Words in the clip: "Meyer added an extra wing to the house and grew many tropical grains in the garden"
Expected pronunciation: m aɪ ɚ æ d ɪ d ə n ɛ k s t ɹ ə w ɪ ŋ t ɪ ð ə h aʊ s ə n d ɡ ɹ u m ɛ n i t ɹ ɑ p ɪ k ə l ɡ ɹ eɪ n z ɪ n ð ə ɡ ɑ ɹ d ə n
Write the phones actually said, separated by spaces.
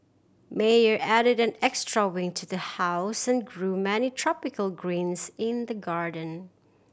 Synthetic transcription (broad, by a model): m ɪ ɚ æ d ɪ d ə n ɛ k s t ɹ ə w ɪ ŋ t ɪ ð ə h aʊ s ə n ɡ ɹ u m ɛ n i t ɹ ɑ p ɪ k ə l ɡ ɹ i n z ɪ n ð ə ɡ ɑ ɹ d ə n